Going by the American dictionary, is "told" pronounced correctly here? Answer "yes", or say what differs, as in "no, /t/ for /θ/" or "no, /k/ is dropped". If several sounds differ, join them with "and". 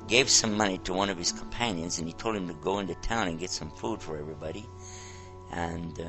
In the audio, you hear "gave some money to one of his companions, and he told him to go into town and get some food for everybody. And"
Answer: yes